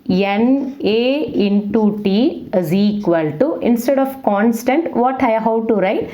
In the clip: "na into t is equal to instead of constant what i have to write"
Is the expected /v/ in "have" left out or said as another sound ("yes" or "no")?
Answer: yes